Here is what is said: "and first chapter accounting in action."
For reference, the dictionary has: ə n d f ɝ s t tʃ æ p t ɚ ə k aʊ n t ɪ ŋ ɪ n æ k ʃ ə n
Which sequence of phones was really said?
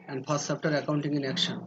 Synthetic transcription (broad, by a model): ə n d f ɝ s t s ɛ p t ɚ ə k aʊ n t ɪ ŋ ɪ n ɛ k ʃ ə n